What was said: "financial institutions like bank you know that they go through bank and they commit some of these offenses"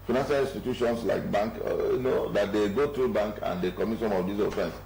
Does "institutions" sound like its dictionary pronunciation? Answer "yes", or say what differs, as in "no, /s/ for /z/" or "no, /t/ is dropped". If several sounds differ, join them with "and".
no, /s/ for /z/